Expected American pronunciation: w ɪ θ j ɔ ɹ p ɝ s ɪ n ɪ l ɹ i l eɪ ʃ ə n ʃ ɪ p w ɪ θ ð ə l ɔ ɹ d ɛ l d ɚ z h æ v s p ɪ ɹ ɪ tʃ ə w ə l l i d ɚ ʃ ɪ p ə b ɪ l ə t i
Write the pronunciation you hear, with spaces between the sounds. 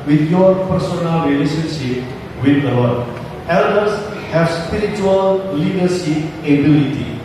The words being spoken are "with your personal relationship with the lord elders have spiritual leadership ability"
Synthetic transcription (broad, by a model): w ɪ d j ɔ ɹ p ɝ s ɪ n ɪ l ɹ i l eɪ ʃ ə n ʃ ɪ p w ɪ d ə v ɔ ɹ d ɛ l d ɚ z h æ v s p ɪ ɹ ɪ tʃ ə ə l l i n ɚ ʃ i ə b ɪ l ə t i